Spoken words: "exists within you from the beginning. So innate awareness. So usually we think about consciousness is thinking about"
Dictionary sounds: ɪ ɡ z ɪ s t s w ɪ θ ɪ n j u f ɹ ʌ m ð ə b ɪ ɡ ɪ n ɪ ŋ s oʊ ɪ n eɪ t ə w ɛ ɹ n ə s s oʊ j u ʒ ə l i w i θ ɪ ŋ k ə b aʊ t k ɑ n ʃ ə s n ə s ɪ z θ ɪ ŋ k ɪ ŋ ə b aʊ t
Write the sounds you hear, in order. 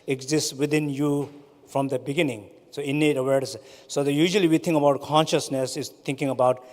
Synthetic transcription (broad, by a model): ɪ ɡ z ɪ s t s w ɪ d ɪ n j u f ɹ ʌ m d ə b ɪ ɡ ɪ n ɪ ŋ s oʊ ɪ n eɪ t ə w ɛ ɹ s s oʊ j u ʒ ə l i w i t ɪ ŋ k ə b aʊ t k ɑ n ʃ ə s n ə s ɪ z t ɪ ŋ k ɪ ŋ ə b aʊ t